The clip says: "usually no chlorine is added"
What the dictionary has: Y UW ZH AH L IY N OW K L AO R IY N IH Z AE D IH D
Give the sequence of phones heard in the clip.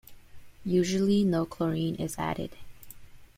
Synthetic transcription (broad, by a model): Y UW ZH L IY N OW K L AO R IY N IH Z AE D IH D